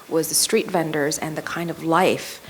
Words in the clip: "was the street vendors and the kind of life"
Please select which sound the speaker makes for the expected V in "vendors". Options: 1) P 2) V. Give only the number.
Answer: 2